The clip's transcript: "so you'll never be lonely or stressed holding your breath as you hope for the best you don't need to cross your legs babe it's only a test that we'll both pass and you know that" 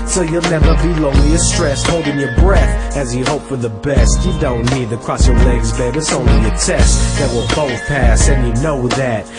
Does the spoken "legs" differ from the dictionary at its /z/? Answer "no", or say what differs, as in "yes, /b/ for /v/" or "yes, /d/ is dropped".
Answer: no